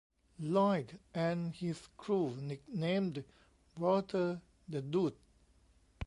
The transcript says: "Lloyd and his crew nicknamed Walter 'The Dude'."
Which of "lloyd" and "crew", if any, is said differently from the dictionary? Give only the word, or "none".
none